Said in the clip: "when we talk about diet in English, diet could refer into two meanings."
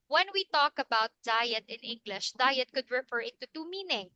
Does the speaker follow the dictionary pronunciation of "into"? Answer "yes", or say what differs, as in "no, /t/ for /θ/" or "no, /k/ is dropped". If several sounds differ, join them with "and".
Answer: no, /n/ is dropped